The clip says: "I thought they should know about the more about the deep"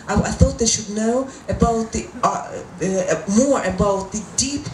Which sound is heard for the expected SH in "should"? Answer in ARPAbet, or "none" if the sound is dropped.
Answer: SH